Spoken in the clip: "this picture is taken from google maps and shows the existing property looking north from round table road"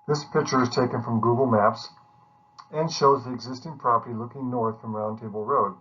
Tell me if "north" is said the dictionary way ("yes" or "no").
yes